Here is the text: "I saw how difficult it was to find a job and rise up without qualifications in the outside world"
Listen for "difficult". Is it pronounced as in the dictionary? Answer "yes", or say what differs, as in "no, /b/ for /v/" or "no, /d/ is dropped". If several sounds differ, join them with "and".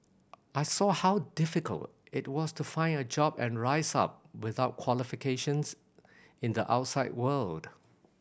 yes